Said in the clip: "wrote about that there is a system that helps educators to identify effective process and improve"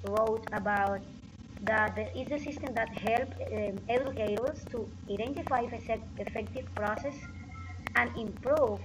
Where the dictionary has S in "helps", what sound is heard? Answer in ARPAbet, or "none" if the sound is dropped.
none